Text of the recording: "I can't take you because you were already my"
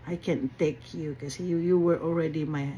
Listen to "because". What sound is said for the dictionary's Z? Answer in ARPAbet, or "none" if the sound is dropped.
none